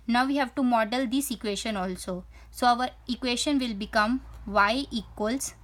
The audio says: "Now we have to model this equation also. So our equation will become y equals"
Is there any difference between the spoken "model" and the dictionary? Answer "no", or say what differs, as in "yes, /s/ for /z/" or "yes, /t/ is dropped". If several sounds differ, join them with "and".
no